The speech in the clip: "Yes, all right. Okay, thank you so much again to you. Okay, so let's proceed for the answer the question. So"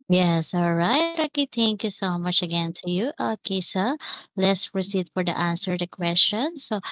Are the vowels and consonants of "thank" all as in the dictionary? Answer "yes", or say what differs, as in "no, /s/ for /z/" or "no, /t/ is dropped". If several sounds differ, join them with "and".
no, /t/ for /θ/